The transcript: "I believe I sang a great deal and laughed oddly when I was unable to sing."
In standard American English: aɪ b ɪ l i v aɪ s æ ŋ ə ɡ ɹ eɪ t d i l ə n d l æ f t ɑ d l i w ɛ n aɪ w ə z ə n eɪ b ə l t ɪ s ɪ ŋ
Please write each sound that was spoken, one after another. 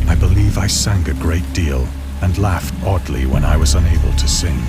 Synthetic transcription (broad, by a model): aɪ b ɪ l i v aɪ s æ ŋ ə ɡ ɹ eɪ t d i l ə n l æ f t ɑ d l i w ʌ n aɪ w ə z ə n eɪ b ə l t ɪ s ɪ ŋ